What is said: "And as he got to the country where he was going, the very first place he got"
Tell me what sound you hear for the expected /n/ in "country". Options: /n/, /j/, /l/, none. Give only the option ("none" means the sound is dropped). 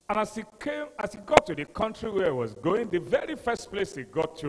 /n/